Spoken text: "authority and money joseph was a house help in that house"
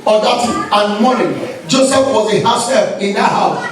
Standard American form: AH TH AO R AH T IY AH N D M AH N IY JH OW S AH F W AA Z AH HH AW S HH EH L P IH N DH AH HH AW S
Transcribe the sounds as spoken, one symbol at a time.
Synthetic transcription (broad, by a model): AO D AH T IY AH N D M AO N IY JH OW S AH F W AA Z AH HH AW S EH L F IH N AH HH AW S